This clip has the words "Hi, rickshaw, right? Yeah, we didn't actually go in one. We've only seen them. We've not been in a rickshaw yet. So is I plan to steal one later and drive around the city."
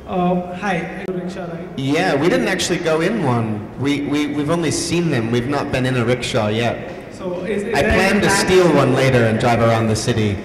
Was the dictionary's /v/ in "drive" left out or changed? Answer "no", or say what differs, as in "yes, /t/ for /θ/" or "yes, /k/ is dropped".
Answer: no